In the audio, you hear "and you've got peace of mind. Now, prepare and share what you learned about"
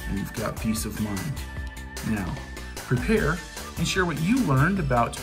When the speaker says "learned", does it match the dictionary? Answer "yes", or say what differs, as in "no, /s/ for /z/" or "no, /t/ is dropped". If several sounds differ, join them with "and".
yes